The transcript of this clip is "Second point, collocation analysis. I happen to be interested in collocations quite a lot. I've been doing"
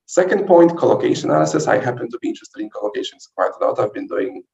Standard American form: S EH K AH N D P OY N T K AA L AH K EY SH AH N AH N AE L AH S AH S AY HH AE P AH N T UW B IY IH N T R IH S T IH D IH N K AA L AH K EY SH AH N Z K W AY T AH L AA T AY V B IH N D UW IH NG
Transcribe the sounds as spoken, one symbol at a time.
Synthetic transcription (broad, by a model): S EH K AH N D P OY N T K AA L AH K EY AH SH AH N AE L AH S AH S AY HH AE P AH N T UW B IY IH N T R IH S T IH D IH N K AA L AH K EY SH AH N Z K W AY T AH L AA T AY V B IH N D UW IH NG